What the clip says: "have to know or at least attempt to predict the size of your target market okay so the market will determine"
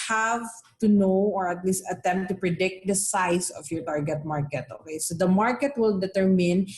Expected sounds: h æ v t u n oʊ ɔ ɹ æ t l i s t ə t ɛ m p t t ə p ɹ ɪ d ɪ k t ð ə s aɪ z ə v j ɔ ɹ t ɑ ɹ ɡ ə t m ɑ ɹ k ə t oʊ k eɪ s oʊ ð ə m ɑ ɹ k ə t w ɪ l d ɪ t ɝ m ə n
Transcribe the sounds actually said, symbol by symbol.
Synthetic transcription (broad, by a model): h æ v t u n oʊ ɔ ɹ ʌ t l i s t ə t ɛ m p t t ə p ɹ ɪ d ɪ k t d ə s aɪ s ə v j ɔ ɹ t ɑ ɹ ɡ ə t m ɑ ɹ k ə t oʊ k eɪ s oʊ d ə m ɑ ɹ k ə t w ɪ l d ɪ t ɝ m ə n